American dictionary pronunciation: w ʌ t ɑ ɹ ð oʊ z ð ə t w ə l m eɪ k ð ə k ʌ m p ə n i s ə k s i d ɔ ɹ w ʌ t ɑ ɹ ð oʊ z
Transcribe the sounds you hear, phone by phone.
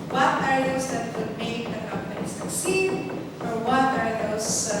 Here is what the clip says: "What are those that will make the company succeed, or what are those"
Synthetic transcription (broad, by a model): w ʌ t ɑ ɹ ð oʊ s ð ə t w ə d m eɪ k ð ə k ʌ m p ə n i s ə s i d ɔ ɹ w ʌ t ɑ ɹ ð oʊ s